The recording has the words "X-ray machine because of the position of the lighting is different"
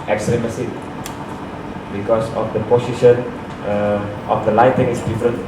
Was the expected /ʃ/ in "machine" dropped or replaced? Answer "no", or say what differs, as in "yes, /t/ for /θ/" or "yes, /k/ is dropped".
yes, /s/ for /ʃ/